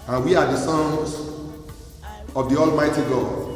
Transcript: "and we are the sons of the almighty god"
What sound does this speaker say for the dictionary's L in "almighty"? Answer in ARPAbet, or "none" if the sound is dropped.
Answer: L